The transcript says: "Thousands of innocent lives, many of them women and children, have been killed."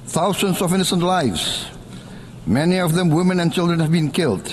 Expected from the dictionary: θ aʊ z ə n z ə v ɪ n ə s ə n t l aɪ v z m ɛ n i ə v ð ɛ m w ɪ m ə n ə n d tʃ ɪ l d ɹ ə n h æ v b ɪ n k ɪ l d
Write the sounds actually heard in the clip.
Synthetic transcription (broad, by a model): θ aʊ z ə n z ə v ɪ n ə s ə n t l aɪ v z m ɛ n i ə v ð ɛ m w ɪ m ə n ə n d tʃ ɪ l d ɹ ə n h æ v b ɪ n k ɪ l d